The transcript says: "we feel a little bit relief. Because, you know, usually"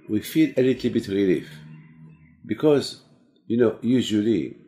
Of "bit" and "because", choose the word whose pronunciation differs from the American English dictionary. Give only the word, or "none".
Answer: none